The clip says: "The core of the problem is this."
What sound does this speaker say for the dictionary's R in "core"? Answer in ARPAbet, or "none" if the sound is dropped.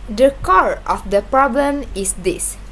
R